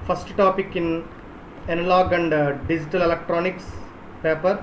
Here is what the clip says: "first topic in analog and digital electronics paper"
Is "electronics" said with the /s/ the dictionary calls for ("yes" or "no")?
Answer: yes